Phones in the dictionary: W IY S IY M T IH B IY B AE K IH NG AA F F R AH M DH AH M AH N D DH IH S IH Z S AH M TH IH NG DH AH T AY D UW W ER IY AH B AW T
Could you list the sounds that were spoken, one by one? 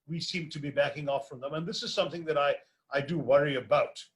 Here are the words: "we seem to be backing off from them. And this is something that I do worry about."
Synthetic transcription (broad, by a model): W IY S IY M T IH B IY B AE K IH NG AA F F R AH M DH AH M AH N DH IH S IH Z S AH M TH IH NG DH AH T AY D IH W ER IY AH B AW T